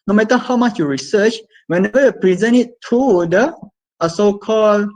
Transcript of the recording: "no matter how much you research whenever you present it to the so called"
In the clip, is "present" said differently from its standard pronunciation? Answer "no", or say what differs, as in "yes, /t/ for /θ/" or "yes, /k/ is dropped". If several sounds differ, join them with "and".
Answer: yes, /t/ is dropped